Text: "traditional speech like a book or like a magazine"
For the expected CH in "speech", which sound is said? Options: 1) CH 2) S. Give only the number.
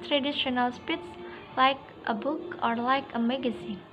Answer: 2